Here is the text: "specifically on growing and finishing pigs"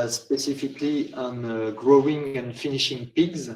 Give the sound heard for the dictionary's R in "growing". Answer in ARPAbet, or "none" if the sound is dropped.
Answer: R